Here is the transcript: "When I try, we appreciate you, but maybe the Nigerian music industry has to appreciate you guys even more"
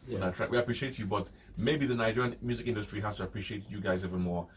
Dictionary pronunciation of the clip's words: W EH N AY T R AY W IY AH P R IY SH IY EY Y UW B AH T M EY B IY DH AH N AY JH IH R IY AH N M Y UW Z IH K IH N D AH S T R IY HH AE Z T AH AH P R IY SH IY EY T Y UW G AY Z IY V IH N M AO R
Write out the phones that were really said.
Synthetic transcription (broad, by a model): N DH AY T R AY W IY AH P R IY SH IY EY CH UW B AH T M EY B IY DH AH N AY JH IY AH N M Y UW Z IH K IH N D AH S T R IY HH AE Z T AH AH P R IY SH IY EY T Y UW G AY Z IY V IH N M AO R